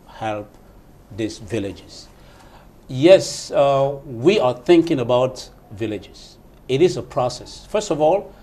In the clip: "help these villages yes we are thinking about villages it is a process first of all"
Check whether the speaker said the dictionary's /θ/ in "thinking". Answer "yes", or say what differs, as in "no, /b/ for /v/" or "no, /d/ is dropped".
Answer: yes